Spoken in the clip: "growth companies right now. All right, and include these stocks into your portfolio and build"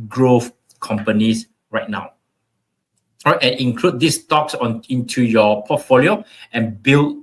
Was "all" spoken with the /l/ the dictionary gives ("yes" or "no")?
no